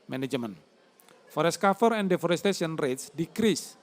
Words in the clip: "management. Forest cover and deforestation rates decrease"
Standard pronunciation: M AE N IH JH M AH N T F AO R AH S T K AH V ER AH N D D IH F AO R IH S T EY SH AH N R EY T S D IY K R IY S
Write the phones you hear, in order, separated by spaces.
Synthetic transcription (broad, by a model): M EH N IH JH M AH N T F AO R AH S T K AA F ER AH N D D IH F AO R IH S T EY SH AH N R EY T S D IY K R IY S